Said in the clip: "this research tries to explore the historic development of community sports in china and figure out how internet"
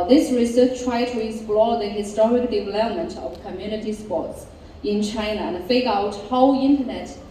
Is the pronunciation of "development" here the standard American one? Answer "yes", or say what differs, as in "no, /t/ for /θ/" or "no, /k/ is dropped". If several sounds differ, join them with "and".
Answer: yes